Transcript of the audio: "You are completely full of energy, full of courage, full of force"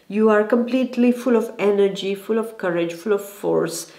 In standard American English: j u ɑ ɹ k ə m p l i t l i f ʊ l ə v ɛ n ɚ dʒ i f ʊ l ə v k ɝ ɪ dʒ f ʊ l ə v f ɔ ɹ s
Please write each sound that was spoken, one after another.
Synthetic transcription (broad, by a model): j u ɑ ɹ k ə m p l i t l i f ʊ l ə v ɛ n ɚ dʒ i f ʊ l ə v k ɝ ɪ dʒ f ʊ l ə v f ɔ ɹ s